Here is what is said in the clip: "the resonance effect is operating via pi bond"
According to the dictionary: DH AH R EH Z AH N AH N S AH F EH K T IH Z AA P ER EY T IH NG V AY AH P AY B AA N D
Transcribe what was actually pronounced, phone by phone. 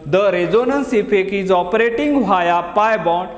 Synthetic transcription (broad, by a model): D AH R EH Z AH N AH N S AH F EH K IH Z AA P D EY T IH NG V AY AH P AY B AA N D